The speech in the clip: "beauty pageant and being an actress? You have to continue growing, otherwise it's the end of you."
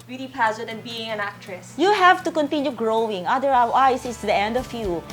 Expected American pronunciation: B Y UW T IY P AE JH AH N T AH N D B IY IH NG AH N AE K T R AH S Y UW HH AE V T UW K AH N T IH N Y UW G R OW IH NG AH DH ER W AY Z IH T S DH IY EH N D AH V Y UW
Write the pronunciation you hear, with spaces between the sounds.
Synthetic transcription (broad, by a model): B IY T IY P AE Z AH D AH N B IY IH NG AH N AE K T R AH S Y UW HH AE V T UW K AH N T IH N Y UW G R OW IH NG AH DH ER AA AY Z IH T S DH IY EH N D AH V Y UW